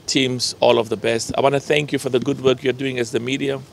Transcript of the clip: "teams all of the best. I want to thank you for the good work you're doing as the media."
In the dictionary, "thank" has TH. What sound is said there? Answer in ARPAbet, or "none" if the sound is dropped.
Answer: TH